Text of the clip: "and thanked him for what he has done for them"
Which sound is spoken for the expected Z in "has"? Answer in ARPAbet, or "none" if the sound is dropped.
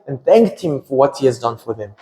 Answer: Z